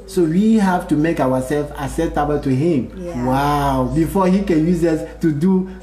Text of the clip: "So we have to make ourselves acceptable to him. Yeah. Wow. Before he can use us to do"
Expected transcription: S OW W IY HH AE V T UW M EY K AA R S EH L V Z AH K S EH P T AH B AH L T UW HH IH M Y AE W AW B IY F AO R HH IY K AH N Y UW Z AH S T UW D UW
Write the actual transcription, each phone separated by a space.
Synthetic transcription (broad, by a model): S OW W IY HH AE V T UW M EY K AA W S EH L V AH S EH T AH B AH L T UW HH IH M W AW B IY F AO HH IY K AH N Y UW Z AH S T UW D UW